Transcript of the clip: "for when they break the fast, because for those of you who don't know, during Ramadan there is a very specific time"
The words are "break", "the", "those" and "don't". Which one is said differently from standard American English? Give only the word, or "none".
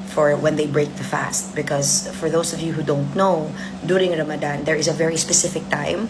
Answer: those